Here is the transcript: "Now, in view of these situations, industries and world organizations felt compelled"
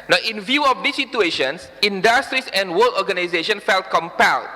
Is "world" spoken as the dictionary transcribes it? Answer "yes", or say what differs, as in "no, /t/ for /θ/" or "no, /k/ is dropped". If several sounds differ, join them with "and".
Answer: no, /d/ is dropped